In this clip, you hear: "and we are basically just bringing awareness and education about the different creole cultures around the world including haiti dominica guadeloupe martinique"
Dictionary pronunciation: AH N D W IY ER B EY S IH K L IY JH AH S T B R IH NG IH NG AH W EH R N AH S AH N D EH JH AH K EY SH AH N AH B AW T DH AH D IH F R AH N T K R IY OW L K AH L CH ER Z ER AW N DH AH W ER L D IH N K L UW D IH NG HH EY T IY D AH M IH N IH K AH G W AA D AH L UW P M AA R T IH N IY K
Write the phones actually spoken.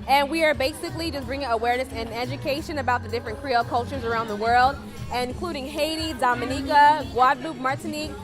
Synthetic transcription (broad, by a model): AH N W IY ER B EY S IH K L IY JH AH S B R IH NG IH NG AH W EH R N AH S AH N EH JH AH K EY SH AH N AH B AW T DH AH D IH F R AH N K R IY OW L K AH L CH ER Z ER AW N DH AH W ER L D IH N K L UW D IH NG HH EY T IY D AH M IH N IH K AH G W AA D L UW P M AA R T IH N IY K